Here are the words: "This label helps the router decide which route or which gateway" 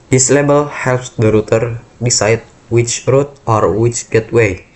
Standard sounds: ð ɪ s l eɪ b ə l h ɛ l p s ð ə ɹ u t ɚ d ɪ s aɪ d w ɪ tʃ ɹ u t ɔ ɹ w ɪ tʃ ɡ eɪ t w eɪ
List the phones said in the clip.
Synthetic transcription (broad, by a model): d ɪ s l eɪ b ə l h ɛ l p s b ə ɹ u t ɚ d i s aɪ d w ɪ tʃ ɹ u t ɔ ɹ w ɪ tʃ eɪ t w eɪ